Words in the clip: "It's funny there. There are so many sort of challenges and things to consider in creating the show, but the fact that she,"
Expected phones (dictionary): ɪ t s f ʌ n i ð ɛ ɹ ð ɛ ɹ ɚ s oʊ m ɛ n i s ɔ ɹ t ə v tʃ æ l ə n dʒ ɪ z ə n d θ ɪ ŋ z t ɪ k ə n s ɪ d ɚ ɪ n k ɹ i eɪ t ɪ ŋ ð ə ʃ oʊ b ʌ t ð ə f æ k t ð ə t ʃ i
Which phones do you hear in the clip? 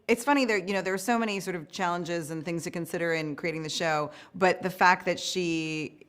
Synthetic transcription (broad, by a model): ɪ t s f ʌ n i ð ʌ ɹ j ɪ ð ɚ s oʊ m ɛ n i s ɔ ɹ t ə v tʃ æ l ə n dʒ ɪ z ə n θ ɪ ŋ z t ɪ k ə n s ɪ d ɚ ɪ n k ɹ i eɪ t ɪ ŋ ð ə ʃ oʊ b ʌ t ð ə f æ k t ð ə t ʃ i